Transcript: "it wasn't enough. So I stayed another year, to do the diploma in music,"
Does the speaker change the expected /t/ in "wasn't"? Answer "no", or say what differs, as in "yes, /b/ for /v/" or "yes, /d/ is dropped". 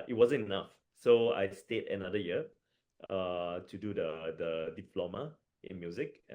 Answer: yes, /t/ is dropped